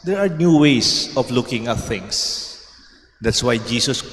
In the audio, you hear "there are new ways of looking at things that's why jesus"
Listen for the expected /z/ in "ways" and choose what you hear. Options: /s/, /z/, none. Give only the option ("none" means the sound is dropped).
/s/